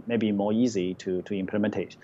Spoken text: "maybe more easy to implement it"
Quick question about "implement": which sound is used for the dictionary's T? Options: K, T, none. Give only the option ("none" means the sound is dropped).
T